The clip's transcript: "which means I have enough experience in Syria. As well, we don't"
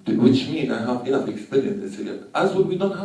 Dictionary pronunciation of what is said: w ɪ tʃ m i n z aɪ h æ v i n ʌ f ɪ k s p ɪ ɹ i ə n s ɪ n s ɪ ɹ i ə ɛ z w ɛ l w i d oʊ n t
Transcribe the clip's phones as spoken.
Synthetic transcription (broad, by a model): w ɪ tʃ m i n aɪ h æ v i ʌ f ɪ k s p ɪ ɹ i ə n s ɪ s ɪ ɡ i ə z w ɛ n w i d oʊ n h